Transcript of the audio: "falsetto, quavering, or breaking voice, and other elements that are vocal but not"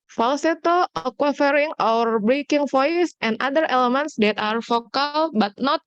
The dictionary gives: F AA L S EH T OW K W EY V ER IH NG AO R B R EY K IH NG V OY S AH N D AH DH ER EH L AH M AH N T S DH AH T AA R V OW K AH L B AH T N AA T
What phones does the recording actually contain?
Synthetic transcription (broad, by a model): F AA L S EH T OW K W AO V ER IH NG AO W B R EY K IH NG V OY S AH N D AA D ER EH L AH M AH N T S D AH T AA R F OW K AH L B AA T N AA T